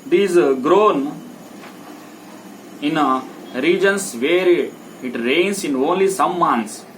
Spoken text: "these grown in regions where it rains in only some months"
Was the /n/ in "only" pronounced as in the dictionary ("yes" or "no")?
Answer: yes